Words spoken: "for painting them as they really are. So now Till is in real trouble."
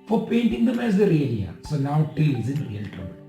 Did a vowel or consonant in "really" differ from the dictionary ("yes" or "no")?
yes